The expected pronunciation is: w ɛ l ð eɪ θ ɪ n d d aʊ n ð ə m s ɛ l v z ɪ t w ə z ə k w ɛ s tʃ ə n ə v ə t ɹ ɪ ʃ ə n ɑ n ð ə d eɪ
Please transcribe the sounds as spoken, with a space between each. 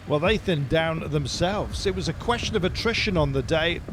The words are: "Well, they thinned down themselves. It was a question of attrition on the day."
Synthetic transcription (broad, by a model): w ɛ l ð eɪ θ ɪ n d d aʊ n ð ə m s ɛ l v z ɪ t w ə z ə k w ɛ s tʃ ə n ə v ə t ɹ ɪ ʃ ə n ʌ n ð ə d eɪ